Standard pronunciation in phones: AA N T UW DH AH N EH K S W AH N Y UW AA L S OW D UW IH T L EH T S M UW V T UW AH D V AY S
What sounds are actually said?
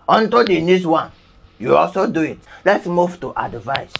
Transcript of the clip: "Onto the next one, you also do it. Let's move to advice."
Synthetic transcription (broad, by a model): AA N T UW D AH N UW S W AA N Y UW AA L S OW D UW IH T L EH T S M UW V T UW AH D V AY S